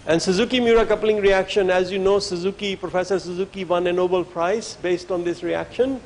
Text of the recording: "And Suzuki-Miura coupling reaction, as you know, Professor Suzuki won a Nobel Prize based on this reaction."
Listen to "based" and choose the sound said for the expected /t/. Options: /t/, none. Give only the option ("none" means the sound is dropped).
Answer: /t/